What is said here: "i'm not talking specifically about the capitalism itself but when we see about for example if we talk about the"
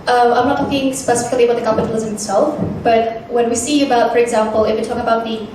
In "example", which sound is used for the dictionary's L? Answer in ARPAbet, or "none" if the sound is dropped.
L